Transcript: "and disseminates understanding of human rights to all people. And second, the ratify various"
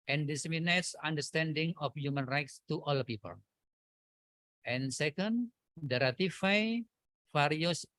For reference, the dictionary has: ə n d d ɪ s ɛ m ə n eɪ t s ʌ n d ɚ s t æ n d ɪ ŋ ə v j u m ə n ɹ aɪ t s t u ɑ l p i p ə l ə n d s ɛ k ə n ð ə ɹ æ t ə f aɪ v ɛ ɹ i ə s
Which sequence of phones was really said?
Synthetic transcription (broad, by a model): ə n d d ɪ s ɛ m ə n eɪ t s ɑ n d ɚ s t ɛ n d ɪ ŋ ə f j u m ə n ɹ aɪ t s t u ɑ l p i p ə l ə n s ɛ k ə n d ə ɹ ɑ t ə f aɪ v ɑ ɹ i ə s